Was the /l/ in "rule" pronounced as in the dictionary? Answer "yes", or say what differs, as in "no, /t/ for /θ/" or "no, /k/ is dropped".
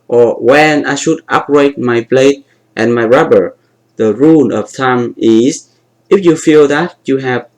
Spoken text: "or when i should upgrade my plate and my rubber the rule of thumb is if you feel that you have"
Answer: no, /n/ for /l/